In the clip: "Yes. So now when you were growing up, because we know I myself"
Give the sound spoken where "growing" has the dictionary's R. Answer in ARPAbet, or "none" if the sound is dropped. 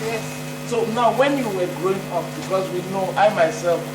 R